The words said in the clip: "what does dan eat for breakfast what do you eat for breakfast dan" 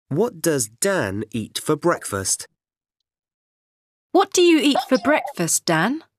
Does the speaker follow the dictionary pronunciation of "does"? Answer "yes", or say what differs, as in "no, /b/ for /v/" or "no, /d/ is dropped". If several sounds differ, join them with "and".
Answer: yes